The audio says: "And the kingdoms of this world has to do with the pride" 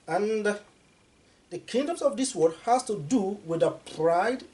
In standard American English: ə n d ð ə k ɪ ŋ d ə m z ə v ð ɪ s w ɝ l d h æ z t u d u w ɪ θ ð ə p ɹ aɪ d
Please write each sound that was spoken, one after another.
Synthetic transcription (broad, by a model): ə n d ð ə k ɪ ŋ d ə m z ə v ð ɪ s w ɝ d h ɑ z t u d u w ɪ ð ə p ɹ aɪ d